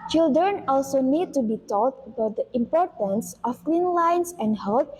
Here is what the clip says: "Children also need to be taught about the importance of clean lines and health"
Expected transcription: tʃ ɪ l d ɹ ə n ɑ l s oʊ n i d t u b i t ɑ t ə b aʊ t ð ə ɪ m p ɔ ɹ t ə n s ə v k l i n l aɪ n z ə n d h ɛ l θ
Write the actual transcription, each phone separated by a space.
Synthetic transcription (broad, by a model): tʃ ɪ l d ɹ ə n ɑ l s oʊ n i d t u b i t ɑ t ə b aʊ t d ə ɪ m p ɔ ɹ t ə n s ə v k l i n l aɪ n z ə n d h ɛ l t